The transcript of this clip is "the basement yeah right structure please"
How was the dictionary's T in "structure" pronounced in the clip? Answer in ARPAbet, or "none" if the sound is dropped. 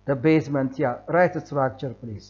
S